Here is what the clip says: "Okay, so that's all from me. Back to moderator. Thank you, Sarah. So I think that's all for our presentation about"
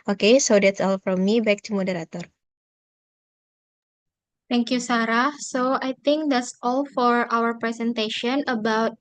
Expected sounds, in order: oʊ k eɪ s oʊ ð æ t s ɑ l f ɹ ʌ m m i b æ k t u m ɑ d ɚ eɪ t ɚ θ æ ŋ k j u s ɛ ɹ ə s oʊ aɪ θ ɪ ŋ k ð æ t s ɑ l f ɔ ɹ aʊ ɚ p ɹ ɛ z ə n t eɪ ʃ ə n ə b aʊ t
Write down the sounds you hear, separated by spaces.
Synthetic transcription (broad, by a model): oʊ k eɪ s oʊ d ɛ t s ɑ l f ɹ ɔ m m i b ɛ k t u m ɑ d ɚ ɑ t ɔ t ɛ ŋ k j u s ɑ ɹ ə s oʊ aɪ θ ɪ ŋ k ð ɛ t s ɑ l f ɔ ɹ aʊ ɚ p ɹ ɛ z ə n t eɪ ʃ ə n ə b aʊ t